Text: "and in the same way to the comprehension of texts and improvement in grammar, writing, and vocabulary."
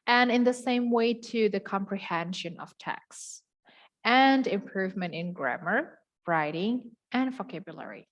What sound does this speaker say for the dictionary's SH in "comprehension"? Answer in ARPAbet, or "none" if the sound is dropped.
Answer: SH